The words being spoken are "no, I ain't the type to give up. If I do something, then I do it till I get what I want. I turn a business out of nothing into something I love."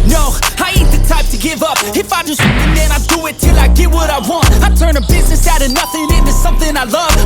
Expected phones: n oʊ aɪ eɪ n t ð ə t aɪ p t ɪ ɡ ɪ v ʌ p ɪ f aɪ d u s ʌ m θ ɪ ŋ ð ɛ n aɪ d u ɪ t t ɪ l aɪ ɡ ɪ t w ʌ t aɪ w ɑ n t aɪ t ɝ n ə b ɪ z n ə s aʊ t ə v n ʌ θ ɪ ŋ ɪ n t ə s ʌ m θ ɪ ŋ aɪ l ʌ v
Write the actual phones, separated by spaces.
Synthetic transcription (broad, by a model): n oʊ aɪ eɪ t ð ə t aɪ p t ɪ ɡ ɪ v ʌ p ɪ f aɪ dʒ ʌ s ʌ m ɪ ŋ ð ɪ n aɪ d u ɪ t t ɪ l aɪ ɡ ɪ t w ʌ t aɪ w ɑ n t aɪ t ɝ n ə b ɪ z n ə s aʊ t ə n ʌ θ ɪ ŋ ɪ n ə s ʌ m θ ɪ ŋ aɪ l ʌ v